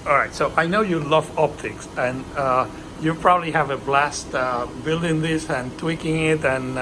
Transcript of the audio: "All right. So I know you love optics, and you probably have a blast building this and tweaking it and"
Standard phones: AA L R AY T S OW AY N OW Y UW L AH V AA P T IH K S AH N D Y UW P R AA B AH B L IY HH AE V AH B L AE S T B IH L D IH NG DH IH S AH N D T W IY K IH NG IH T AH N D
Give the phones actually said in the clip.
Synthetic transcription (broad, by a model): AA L R AY T S OW AY N OW Y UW L AH V AA P T IH K S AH N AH Y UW P R AA B AH B L IY HH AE V AH B L AE S T B IH L D IH NG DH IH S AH N T W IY K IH NG IH T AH N